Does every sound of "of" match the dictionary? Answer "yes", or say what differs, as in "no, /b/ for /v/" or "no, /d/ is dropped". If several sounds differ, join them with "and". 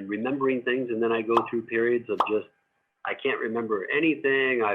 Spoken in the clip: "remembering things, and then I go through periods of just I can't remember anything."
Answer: yes